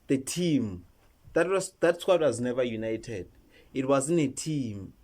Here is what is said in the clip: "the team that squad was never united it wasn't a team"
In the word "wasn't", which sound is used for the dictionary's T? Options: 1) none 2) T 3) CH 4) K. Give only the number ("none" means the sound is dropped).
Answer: 1